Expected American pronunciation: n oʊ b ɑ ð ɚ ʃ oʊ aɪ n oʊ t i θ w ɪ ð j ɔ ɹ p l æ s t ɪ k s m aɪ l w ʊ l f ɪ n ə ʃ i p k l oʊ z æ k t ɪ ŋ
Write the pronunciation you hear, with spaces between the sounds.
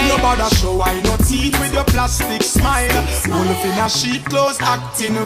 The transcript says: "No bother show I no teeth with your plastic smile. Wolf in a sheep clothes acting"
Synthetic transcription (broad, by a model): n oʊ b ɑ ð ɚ ʃ oʊ aɪ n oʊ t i t w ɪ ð j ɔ p l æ s t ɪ k s m aɪ l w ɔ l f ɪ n ə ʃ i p k l oʊ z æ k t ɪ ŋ